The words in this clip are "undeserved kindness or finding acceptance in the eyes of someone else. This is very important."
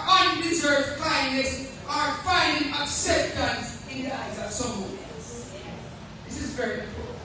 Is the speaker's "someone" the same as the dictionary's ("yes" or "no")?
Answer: no